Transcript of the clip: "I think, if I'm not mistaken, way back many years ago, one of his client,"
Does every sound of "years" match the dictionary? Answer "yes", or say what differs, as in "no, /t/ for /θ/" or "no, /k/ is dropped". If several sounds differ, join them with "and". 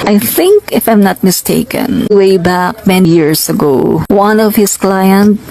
no, /s/ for /z/